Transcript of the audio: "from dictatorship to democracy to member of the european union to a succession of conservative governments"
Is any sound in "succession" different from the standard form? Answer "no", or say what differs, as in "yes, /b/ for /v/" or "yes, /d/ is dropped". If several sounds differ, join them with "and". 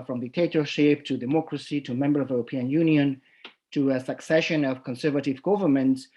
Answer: no